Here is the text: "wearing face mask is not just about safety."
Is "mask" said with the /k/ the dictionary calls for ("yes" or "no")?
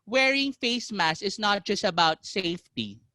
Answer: no